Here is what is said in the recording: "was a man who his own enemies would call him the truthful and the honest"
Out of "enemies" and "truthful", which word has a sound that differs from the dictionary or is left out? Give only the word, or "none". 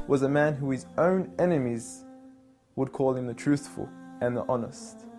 none